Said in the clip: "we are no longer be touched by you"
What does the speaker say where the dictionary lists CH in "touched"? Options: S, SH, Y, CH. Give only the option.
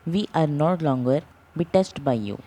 S